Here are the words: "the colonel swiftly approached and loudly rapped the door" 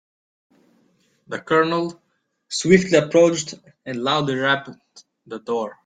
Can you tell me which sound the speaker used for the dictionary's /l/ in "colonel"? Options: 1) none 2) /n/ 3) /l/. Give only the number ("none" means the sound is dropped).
3